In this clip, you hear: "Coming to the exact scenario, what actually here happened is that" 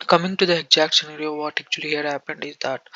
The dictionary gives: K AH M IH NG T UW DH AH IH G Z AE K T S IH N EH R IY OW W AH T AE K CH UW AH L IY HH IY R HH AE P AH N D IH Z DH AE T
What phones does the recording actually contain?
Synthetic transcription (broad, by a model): K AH M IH NG T UW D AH IH G Z AE K T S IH N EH R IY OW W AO T AE K CH UW AH L IY HH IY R HH AE P AH N D IH Z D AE T